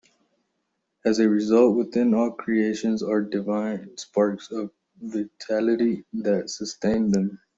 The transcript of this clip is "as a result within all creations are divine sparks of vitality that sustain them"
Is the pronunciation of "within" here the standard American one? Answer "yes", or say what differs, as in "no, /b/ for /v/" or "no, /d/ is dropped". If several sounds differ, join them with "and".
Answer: no, /t/ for /θ/